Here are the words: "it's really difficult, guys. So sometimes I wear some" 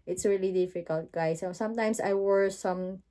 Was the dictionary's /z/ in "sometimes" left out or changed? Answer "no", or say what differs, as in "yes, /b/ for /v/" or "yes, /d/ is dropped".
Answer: yes, /s/ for /z/